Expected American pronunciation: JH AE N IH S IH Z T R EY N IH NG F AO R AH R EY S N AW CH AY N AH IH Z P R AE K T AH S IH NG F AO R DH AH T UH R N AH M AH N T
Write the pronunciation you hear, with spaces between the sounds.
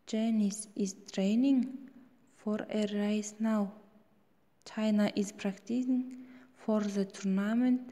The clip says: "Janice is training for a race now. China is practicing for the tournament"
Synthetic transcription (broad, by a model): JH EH N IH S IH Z T R EY N IH NG F AO R AH R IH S N AW CH AY N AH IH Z P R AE K T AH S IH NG F AO R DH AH T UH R N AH M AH N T